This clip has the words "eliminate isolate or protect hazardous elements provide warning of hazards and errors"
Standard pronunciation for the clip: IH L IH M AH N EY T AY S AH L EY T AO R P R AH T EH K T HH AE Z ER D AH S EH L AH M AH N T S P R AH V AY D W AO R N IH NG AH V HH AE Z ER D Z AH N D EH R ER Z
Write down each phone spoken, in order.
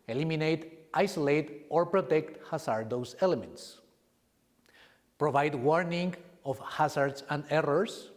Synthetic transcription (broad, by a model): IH L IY M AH N EY T AY S AH L EY T AO R P R AH T EH K T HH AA S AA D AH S EH L AH M AH N T S P R AH V AY D W AO R N IH NG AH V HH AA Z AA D S AH N D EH R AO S